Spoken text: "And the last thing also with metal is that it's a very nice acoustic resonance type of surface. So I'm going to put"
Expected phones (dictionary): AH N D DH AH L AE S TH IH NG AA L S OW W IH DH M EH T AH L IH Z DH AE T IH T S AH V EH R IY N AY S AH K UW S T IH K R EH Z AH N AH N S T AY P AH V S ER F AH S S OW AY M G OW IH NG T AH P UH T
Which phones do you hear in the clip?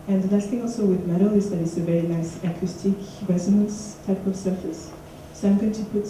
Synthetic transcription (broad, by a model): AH N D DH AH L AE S TH IH NG AA L S OW W IH DH M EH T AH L IH Z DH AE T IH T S AH V EH R IY N AY S AH K UW S T IH K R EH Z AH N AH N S T AY P AH V S ER F AH S S OW AY M G OW IH NG T AH P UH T